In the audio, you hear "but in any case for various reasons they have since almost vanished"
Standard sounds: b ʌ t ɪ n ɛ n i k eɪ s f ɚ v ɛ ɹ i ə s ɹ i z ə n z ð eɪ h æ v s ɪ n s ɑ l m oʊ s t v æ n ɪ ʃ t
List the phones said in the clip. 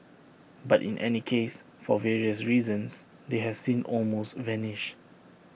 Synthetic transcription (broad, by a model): b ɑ t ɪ n ɛ n i k eɪ s f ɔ v ɛ ɹ i ə s ɹ i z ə n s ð eɪ h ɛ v s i n ɑ l m oʊ s t v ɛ n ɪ ʃ